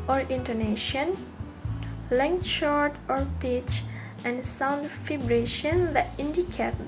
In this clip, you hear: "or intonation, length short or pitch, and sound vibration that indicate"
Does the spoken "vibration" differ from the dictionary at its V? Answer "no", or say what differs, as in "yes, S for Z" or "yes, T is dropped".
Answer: yes, F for V